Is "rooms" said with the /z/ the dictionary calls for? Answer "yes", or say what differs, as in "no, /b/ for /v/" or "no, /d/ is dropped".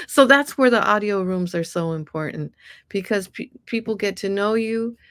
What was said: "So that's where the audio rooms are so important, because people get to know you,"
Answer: yes